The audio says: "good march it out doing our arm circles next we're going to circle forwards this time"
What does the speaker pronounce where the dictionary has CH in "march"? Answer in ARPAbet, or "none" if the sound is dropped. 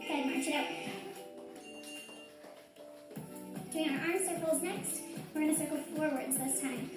none